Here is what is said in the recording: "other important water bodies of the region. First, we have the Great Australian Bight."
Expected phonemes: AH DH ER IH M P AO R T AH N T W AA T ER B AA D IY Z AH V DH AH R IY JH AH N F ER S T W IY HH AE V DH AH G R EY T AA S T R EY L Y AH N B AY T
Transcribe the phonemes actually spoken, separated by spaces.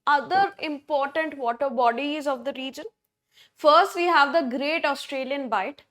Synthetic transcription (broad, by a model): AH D ER IH M P AO R T AH N T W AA T ER B AA D IY Z AH V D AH R IY JH AH N F ER S T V IY HH AE V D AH G R EY T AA S T R EY L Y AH N B AY T